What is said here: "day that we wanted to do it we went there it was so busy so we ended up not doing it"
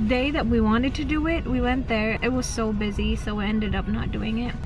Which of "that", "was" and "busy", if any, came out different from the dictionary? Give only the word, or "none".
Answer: none